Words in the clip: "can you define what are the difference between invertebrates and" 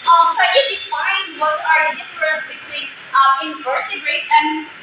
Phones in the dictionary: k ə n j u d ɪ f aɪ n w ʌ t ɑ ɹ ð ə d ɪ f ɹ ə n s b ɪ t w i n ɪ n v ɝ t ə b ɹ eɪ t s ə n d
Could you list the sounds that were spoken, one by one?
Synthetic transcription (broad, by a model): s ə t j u d ɪ f aɪ n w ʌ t ɑ ɹ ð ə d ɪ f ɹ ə s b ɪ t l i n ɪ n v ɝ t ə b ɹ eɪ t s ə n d